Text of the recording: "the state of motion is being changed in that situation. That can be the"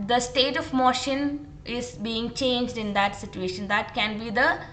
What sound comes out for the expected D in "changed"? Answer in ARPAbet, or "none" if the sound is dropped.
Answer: D